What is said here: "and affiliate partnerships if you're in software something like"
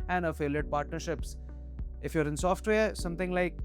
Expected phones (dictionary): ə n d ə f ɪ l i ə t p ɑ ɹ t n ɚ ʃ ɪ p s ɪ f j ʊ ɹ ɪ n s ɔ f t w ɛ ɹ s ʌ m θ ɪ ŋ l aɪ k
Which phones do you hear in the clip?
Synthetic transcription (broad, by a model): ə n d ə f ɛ l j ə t p ɑ ɹ t n ɚ ʃ ɪ p s ɪ f j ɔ ɹ ɪ n s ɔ f t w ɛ ɹ s ʌ m t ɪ ŋ l aɪ k